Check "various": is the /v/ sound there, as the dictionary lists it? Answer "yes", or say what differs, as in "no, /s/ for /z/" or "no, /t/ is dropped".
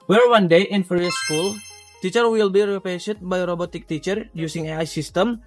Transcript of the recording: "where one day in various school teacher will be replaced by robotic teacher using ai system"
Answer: no, /f/ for /v/